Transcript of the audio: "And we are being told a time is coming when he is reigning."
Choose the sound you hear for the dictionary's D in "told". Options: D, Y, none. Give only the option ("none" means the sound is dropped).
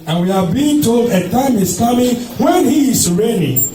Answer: D